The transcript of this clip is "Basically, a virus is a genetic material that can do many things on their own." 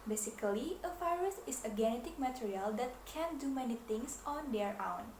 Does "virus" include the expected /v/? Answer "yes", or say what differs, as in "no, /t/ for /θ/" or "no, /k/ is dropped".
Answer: no, /f/ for /v/